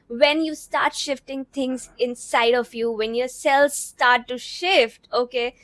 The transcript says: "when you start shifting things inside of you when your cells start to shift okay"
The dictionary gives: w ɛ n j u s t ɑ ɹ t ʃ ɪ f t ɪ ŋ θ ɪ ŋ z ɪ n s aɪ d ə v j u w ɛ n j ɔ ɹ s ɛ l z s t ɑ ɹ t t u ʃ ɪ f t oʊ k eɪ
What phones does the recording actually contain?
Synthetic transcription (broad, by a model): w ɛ n j u s t ɑ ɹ t ʃ ɪ f t ɪ ŋ t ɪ ŋ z ɪ n s aɪ d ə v j u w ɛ n j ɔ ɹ s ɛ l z s t ɑ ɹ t t u ʃ ɪ f t oʊ k eɪ